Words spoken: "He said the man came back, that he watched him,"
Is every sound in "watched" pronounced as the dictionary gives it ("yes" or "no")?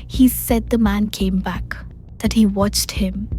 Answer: yes